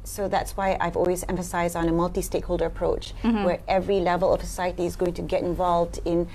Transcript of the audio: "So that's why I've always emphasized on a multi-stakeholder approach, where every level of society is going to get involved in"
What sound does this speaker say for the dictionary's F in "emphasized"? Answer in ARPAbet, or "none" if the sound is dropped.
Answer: F